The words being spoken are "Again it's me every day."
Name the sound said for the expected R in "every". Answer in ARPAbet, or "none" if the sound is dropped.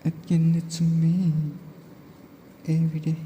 none